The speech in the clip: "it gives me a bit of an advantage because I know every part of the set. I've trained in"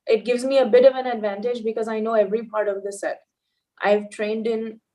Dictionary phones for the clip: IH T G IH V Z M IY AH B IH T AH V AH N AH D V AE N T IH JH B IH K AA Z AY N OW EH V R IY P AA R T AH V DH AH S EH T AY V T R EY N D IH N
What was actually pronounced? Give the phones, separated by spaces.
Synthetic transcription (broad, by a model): IH T G IH V Z M IY AH B IH T AH V AH N AH D V AE N T IH JH B IH K AA Z AY N OW EH V R IY P AA R T AH V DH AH S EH T AY V T R EY N D IH N